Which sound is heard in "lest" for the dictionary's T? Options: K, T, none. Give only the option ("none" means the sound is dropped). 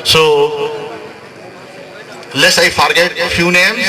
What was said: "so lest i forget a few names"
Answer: none